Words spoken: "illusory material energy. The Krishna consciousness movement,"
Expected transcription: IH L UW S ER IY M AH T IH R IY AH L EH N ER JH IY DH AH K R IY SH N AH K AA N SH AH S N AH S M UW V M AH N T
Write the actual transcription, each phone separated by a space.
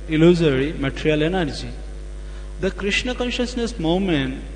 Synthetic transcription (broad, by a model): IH L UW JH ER IY M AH T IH R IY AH L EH N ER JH IY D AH K R IY SH N AH K AA N SH AH S N AH S M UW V M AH N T